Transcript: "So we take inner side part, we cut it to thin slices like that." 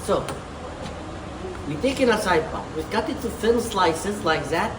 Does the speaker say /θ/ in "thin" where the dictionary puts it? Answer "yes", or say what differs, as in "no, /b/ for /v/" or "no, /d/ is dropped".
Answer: no, /f/ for /θ/